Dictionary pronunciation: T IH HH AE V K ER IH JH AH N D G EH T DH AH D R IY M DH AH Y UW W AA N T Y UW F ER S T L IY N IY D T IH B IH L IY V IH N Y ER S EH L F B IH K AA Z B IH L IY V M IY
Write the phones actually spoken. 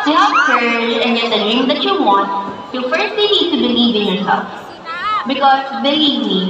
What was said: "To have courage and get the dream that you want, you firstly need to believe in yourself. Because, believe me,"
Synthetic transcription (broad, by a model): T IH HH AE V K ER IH AH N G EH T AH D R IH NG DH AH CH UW W AA N T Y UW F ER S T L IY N IY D T IH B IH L IY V IH N Y ER S EH L F B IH K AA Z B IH IY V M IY